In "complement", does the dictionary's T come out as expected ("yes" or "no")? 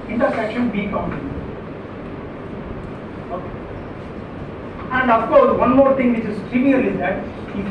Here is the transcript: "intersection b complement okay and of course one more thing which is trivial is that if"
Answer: no